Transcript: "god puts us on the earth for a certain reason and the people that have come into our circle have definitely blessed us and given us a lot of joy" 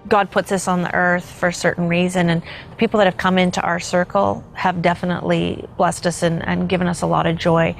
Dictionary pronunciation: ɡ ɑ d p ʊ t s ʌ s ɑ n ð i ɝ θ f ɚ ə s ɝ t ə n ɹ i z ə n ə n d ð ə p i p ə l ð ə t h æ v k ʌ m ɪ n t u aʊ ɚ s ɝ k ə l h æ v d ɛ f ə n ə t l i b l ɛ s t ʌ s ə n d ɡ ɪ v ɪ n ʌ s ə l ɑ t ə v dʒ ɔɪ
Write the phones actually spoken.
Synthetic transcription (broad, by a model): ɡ ɑ d p ʊ t s ʌ s n ð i ɝ θ f ɚ s ɝ t n ɹ i z ə n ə n ð ə p i p l ð ə t h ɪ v k ʌ m ɪ n t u aʊ ɚ s ɝ k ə l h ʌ v d ɛ f ə n ə t l i b l ɛ s t ʌ s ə n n ɡ ɪ v ɪ n ʌ s ə l ɑ t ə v dʒ ɔɪ